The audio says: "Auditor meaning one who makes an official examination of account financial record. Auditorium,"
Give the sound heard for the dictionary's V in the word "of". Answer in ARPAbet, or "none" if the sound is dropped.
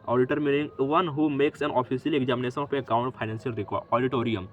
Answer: P